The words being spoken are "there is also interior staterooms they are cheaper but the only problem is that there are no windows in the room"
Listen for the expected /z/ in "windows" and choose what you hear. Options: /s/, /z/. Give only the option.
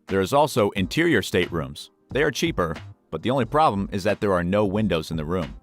/z/